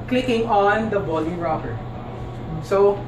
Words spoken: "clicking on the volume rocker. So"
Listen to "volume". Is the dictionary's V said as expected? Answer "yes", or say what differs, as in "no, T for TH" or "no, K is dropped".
no, B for V